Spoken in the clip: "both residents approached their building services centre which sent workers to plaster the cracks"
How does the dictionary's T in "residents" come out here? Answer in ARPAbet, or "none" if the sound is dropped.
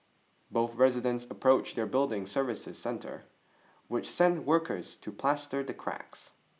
T